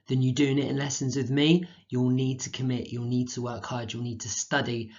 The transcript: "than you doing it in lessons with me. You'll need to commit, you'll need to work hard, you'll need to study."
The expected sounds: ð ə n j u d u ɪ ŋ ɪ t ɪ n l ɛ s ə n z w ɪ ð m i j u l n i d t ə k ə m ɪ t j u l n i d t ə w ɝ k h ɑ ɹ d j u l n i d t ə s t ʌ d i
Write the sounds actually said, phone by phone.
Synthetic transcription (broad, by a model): ð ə n j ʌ d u ɪ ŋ ɪ t ɪ n l ɛ s ə n z w ɪ ð m i j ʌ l n i d t ə k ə m ɪ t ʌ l n i d t ə w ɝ k h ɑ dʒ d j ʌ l n i d t ə s t ʌ d i